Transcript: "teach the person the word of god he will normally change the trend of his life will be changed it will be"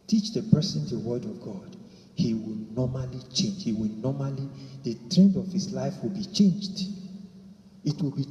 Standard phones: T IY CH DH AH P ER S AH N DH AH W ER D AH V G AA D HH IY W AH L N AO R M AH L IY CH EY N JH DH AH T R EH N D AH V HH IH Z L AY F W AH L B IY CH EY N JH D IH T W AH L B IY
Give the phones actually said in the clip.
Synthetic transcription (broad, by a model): T IY CH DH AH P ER S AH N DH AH W ER D AH V G AA D HH IY W AH L N AO M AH L IY CH EY N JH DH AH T R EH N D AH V HH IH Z L AY F W AH L B IY CH EY N JH D IH T W AH L B IY